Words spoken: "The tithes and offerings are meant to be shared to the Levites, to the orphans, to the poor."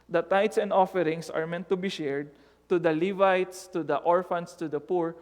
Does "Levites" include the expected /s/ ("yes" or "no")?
yes